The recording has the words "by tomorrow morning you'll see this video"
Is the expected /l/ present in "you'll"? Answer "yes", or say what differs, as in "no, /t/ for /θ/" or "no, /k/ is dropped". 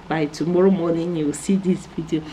no, /w/ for /l/